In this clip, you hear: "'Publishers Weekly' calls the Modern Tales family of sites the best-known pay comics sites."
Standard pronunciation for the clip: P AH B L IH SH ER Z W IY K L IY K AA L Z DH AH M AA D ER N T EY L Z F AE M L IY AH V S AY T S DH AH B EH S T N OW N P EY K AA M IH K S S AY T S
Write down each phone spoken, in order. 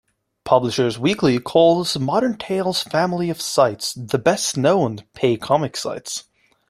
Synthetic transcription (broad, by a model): P AH B L IH SH ER Z W IY K L IY K AA L Z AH M AA D ER N T EY L Z F AE M L IY AH V S AY T S DH AH B EH S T N OW N P EY K AA M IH K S S AY T S